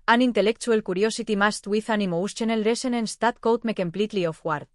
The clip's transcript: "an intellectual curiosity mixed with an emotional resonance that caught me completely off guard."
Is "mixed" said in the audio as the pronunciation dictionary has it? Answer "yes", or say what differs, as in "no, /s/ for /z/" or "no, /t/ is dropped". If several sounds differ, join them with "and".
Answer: no, /k/ is dropped